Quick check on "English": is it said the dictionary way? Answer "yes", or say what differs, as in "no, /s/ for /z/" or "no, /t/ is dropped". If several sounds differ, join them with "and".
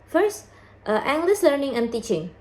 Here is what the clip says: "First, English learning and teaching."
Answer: no, /s/ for /ʃ/